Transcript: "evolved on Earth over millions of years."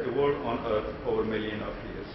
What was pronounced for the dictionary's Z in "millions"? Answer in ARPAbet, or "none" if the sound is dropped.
none